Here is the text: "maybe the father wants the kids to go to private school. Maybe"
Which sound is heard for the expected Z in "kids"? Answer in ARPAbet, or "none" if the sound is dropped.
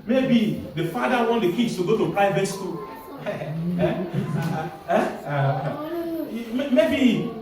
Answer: S